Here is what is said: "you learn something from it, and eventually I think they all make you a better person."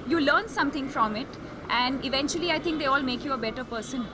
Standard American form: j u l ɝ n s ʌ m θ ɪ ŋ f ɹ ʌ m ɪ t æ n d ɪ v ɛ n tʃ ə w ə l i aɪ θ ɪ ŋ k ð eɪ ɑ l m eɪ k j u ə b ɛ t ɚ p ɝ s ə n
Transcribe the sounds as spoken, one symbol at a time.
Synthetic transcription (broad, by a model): j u l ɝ n s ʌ m t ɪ ŋ f ɹ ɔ m ɪ t æ n d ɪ v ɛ n tʃ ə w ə l i aɪ t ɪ ŋ k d eɪ ɑ l m eɪ k j u ə b ɛ t ɚ p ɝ s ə n